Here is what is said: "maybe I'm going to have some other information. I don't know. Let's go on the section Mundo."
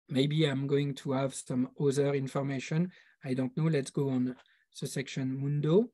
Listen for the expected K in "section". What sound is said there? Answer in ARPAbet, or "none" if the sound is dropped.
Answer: K